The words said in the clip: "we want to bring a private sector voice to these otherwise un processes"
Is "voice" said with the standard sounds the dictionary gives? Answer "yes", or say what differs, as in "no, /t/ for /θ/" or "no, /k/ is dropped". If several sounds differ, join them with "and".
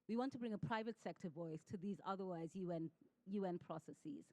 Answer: yes